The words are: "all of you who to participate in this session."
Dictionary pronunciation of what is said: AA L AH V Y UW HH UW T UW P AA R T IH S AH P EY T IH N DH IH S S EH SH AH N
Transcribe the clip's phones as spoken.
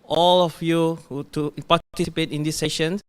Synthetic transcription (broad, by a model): AA L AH F Y UW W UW T UW P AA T T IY S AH P EY T IH N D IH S S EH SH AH N